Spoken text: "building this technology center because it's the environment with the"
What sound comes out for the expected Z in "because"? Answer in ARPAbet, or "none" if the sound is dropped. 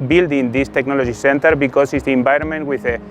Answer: S